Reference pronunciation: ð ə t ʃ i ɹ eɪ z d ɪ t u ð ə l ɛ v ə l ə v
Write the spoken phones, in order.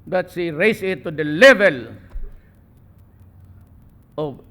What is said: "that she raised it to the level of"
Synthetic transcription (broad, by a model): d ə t s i ɹ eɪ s ɪ t u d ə l ɛ v ə l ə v